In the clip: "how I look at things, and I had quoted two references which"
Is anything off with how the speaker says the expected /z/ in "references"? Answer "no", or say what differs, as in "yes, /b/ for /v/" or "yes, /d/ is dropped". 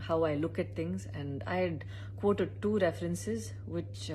no